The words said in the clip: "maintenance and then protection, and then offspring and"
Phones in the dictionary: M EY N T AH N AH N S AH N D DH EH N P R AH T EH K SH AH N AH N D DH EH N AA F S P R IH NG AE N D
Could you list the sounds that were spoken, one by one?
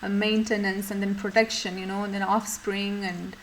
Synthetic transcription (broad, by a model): M EY N T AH N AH N S AH N D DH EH N P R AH T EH K SH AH N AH N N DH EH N AA F S P R IH NG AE N D